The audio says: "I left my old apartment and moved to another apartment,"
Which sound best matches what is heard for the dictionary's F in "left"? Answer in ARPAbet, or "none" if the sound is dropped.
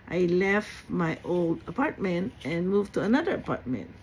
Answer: F